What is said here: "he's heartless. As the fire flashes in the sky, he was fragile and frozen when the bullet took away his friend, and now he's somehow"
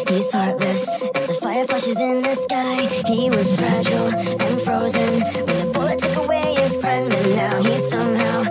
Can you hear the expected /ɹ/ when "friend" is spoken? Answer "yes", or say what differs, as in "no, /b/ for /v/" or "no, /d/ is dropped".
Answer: yes